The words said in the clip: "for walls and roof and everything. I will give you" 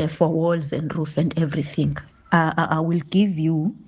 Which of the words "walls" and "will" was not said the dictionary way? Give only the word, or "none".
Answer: none